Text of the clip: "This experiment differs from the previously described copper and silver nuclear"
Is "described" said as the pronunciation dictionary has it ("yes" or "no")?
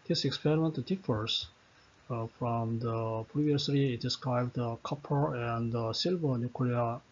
yes